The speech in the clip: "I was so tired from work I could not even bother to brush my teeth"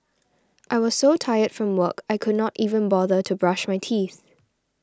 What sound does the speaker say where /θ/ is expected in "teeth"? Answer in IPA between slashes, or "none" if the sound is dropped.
/θ/